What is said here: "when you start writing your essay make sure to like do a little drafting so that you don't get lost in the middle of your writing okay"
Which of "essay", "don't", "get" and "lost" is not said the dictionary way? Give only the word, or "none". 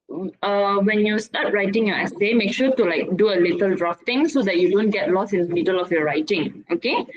lost